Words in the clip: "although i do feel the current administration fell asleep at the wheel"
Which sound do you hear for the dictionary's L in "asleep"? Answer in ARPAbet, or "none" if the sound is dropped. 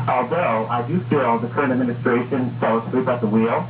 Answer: none